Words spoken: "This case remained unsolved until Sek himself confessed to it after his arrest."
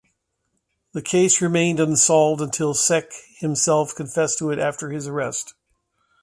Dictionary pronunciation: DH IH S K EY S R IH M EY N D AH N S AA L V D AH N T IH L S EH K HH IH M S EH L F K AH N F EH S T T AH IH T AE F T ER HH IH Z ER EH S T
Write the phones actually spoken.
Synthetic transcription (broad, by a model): DH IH K EY S R IH M EY N D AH N S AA L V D AH N T IH L S EH K HH IH M S EH L F K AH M F EH S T T AH IH T AE F T ER IH Z ER EH S T